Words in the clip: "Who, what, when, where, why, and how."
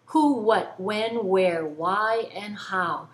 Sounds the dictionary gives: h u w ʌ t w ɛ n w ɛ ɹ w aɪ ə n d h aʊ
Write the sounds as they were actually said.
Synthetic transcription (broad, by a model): h u w ʌ t w ɛ n w ɛ ɹ w aɪ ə n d h aʊ